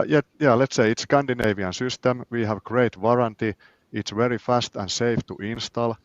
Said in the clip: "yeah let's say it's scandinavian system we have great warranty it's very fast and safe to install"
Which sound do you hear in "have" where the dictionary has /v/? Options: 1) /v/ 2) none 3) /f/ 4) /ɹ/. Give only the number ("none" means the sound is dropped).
1